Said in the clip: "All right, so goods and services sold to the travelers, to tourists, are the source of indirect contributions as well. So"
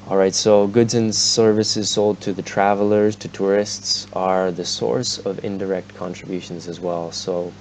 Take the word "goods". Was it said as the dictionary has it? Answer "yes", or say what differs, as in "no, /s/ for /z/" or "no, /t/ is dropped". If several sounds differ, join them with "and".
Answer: yes